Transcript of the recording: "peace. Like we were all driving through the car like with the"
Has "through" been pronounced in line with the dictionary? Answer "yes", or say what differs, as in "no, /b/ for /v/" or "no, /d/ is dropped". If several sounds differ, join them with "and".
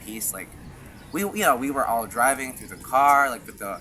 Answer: yes